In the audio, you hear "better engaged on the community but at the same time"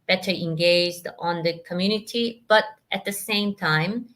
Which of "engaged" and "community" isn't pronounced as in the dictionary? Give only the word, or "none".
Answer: none